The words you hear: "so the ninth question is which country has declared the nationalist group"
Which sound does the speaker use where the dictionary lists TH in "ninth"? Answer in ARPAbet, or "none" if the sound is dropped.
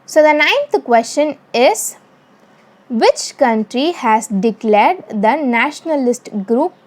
T